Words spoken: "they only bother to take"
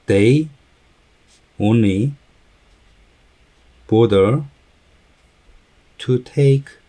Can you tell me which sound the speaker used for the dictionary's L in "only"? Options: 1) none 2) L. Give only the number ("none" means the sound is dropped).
1